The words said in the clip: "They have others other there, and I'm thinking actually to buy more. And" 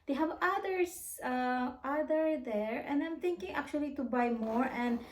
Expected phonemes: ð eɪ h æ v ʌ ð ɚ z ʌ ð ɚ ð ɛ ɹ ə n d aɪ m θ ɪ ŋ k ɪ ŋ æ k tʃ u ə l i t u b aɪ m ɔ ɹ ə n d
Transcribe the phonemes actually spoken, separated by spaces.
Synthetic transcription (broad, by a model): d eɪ h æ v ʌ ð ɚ s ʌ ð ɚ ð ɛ ɹ ə n d aɪ m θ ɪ ŋ k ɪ ŋ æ k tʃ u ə l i t u b aɪ m ɔ ɹ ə n d